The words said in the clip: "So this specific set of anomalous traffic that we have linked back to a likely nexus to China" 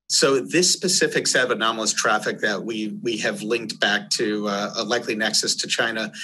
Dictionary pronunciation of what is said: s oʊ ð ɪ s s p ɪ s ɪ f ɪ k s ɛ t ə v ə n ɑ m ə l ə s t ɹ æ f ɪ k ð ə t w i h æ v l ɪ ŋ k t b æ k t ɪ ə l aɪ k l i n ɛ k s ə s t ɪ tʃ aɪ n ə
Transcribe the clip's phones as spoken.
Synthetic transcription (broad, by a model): s oʊ ð ɪ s s p ɪ s ɪ f ɪ k s ɛ t ə v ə n ɑ m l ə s t ɹ æ f ɪ k ð ə t w i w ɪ v l ɪ ŋ k t b æ k t ɪ ə l aɪ k l i n ɛ k s ə s t ɪ tʃ aɪ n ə